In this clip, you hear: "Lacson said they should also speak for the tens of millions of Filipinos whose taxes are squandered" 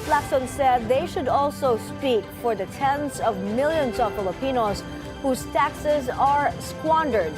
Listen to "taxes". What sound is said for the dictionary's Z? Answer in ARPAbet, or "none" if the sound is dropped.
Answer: Z